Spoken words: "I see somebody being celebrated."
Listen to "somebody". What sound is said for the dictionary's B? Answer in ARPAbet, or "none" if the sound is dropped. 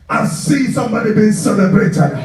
B